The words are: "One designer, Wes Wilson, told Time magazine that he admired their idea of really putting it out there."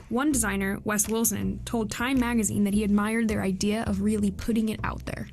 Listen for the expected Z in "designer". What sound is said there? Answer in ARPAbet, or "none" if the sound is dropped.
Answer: Z